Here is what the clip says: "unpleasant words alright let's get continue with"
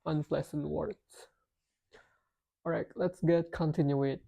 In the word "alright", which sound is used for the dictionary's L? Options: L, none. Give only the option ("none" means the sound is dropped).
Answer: none